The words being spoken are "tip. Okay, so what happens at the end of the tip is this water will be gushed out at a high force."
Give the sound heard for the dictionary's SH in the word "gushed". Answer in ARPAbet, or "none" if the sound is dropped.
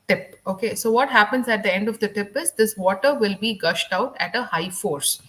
SH